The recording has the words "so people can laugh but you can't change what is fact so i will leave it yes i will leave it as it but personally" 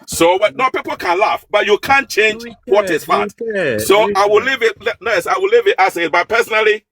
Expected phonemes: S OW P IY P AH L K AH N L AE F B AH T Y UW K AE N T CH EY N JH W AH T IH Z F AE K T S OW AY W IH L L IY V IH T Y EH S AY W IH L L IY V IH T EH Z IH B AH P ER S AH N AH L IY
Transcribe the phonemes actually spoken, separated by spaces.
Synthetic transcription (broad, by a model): S OW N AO P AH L K AH N L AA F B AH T Y UW K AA N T CH EY N JH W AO T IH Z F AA T S OW AY W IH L L IY V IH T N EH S AY W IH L L IY V IH T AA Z IH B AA P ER S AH N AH L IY